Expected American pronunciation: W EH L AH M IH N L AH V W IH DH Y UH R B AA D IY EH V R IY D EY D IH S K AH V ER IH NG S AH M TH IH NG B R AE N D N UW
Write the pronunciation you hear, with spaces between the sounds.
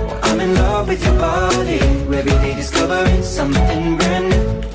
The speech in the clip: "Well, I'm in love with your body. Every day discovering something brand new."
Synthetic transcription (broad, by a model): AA AH M IH N L AH V W IH DH Y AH R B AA D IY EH R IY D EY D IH S K AH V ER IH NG S AH M TH IH NG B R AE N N